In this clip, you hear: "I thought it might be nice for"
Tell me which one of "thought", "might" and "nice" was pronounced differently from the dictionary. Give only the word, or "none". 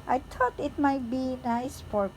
thought